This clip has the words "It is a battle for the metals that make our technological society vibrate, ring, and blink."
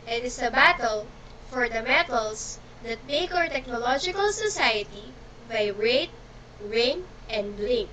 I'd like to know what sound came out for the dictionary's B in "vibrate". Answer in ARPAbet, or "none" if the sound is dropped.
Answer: none